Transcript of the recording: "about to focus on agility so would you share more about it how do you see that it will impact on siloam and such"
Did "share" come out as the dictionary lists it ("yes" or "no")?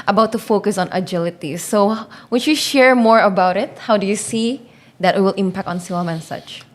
yes